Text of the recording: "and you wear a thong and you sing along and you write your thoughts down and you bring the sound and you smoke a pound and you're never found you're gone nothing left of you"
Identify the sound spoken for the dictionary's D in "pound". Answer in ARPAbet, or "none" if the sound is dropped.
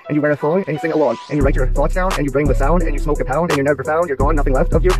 D